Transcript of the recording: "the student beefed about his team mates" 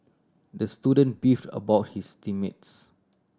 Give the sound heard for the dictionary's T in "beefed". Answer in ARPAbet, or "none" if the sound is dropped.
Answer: T